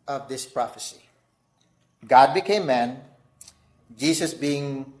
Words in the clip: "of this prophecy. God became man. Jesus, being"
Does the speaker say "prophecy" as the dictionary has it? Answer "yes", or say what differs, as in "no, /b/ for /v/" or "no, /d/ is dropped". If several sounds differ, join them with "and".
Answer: yes